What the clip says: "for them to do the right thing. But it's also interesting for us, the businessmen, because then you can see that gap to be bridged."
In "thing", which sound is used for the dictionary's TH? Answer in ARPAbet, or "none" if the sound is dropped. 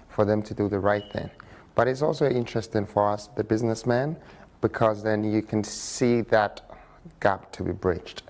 TH